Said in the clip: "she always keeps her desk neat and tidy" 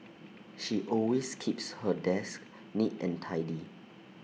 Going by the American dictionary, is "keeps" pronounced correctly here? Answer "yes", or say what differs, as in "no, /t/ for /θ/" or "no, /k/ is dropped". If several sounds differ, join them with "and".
yes